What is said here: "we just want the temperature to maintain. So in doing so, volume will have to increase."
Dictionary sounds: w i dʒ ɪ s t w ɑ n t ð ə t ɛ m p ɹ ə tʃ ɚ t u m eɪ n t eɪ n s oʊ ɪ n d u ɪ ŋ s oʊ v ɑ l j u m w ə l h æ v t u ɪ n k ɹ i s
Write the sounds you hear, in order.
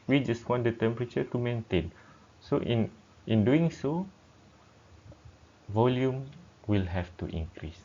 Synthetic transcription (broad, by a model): w i dʒ ɪ s t w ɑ n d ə t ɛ m p ɹ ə tʃ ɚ t u m eɪ n t eɪ n s oʊ ɪ n d u ɪ ŋ s oʊ v ɑ l j u m w ə l h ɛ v t u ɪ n k ɹ i s